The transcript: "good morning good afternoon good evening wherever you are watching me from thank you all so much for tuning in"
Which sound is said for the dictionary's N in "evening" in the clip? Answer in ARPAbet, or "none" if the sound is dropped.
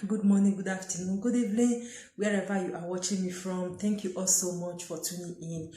L